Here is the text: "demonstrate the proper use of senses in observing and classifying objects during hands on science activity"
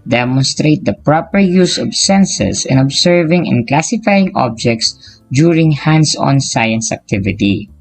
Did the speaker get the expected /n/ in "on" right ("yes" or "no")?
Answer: yes